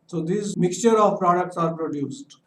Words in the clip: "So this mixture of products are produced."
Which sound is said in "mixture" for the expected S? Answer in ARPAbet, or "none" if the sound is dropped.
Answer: S